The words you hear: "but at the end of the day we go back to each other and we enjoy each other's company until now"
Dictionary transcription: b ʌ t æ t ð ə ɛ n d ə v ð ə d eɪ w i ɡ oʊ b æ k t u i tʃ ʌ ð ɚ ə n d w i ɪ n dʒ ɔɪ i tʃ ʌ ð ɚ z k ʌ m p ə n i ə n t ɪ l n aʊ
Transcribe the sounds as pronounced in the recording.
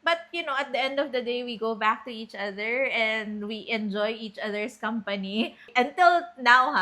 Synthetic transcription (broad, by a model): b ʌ t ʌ t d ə ɛ n d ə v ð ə d eɪ w i ɡ oʊ b æ k t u i tʃ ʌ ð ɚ ə n d w i ɪ n dʒ ɔɪ i tʃ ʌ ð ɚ s k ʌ m p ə n i ə n t ɪ l n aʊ